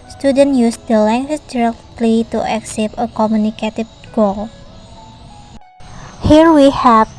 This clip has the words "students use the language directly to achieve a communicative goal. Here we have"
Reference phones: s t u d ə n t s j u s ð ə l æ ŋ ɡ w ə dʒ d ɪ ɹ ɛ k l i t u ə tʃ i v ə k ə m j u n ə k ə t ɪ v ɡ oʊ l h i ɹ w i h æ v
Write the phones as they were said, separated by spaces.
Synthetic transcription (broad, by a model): s t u d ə n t j u s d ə l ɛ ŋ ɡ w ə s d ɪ ɹ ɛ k l i t u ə s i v ə k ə m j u n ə k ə t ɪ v ɡ oʊ l h i ɹ w i h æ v